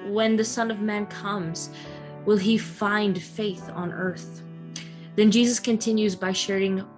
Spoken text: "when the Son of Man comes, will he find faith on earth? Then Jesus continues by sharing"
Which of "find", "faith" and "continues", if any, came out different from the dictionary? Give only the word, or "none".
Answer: none